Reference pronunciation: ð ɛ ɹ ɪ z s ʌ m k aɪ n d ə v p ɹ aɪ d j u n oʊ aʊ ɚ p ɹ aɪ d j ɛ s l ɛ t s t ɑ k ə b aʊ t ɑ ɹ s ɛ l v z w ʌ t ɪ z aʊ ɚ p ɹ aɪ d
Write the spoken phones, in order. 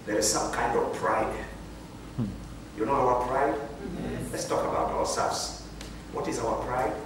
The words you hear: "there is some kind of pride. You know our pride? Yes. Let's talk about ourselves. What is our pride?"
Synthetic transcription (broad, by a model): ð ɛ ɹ ɪ z s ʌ m k aɪ n d ə v p ɹ aɪ d j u n oʊ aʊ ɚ p ɹ aɪ d l ɛ t s t ɑ k ə b aʊ t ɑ w s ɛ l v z w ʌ t ɪ z aʊ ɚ p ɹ aɪ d